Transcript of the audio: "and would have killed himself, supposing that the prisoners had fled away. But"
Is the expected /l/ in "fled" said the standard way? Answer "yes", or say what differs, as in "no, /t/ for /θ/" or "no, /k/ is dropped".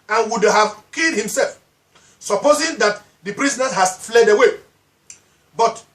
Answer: yes